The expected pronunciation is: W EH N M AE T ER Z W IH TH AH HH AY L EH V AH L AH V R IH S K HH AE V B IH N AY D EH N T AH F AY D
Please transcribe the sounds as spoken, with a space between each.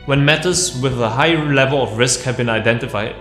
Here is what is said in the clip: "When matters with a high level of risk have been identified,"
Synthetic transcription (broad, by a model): W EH N M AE T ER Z W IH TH AH HH AY L EH V AH L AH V R IH S K HH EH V B IH N AY D EH N T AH F AY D